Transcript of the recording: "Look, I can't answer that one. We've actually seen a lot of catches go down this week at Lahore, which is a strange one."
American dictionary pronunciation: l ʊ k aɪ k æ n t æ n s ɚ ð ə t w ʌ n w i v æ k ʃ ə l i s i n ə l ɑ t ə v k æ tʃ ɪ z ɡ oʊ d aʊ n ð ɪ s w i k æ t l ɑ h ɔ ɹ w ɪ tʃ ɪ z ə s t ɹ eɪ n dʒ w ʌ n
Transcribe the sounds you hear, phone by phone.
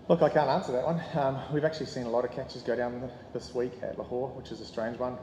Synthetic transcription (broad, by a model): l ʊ k aɪ k æ n t æ n s ɚ ð ə t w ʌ n w i v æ k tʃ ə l i s i n ə l ɑ t ə v k æ tʃ ɪ z ɡ oʊ d aʊ n ð ɪ s w i k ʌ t l ɑ h ɔ ɹ w ɪ tʃ ɪ z ə s t ɹ eɪ n dʒ w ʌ n